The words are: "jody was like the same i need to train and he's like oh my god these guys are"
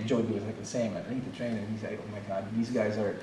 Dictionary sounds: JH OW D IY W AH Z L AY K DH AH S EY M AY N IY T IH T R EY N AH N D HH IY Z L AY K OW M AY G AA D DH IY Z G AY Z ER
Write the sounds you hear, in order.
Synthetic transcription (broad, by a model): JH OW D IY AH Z L AY K DH AH S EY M AY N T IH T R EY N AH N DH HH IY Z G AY OW M AY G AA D DH IY Z G AY Z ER